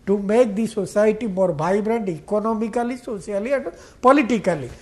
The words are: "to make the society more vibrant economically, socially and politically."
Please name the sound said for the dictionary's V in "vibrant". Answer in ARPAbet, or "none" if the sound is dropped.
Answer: B